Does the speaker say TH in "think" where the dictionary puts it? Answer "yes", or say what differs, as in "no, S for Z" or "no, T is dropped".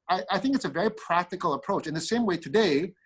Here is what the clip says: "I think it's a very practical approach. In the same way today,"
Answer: yes